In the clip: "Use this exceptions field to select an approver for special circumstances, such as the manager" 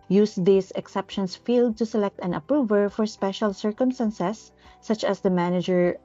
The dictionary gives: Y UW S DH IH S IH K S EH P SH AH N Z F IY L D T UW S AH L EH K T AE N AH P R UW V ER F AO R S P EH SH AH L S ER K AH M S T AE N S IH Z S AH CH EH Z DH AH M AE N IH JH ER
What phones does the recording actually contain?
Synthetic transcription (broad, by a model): Y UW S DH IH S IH K S EH P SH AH N S F IY L D T UW S AH L EH K T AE N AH P R UW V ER F AO R S P EH SH AH L S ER K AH M S T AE N S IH S AH CH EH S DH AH M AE N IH JH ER